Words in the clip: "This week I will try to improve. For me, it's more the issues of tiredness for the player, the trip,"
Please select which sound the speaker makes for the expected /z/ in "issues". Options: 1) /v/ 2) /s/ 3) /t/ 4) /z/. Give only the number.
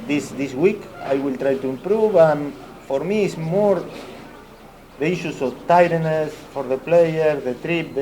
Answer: 2